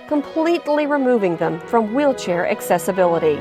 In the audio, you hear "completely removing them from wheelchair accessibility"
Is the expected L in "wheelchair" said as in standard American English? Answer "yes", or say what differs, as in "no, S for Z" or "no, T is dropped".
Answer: yes